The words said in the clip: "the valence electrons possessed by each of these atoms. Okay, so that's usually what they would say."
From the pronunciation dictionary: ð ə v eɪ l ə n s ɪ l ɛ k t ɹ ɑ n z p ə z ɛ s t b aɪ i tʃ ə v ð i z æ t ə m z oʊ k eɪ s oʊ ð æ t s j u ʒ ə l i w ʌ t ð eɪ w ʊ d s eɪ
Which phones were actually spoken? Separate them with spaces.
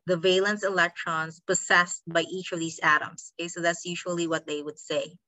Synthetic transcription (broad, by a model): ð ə v eɪ l ə n s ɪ l ɛ k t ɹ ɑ n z p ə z ɛ s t b aɪ i tʃ ə v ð i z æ t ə m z oʊ k eɪ s oʊ ð æ t s j u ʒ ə l i w ʌ t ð eɪ w ʊ d s eɪ